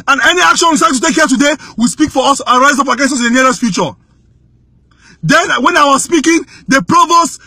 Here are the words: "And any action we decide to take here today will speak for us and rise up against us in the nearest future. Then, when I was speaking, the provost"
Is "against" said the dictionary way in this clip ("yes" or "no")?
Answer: no